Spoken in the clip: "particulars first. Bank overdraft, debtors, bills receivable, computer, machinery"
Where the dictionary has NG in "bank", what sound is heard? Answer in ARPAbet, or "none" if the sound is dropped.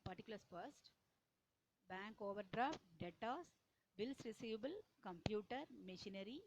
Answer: NG